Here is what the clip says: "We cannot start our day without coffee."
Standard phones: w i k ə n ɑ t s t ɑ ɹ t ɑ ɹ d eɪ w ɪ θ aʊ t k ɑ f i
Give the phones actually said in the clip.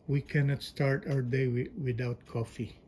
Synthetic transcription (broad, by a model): w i k ə n ɑ t s t ɑ ɹ t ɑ w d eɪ w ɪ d aʊ t k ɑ f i